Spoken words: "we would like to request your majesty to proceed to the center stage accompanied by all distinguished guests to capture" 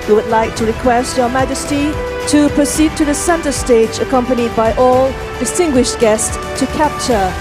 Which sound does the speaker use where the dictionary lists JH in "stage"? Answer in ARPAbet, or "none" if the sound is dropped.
JH